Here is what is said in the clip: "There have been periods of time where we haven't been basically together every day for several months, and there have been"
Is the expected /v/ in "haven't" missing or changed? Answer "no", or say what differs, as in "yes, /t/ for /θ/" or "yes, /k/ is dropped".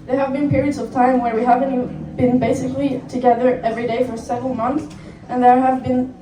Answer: no